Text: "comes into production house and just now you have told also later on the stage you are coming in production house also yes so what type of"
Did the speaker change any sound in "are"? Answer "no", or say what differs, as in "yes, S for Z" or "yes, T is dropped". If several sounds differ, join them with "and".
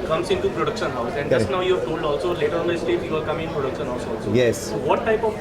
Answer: yes, L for R